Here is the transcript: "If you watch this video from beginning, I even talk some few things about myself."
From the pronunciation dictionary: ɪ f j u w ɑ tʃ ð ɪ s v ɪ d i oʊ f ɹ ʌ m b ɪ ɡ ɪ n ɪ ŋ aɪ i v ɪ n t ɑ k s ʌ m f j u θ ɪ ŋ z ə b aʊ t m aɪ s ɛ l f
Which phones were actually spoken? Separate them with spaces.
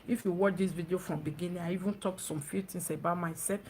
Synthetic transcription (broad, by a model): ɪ f j u w ɑ tʃ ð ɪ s v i d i oʊ f ɹ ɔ m b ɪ ɡ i n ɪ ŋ aɪ i v ɪ n t ɑ k s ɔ m f j u t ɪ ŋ s ə b aʊ t m aɪ s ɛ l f